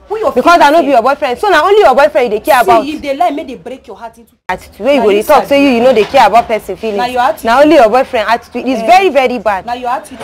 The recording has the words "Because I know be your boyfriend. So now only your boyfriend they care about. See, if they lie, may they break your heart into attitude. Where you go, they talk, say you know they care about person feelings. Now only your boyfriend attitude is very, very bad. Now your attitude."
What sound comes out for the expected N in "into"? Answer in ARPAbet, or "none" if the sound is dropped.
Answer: none